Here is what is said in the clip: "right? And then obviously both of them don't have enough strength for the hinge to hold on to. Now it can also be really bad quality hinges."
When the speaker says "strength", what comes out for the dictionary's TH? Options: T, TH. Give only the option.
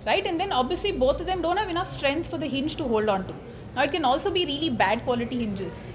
T